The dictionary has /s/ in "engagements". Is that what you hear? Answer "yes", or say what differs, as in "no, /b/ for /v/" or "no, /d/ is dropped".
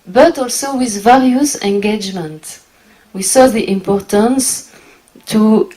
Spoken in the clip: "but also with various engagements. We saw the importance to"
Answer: no, /s/ is dropped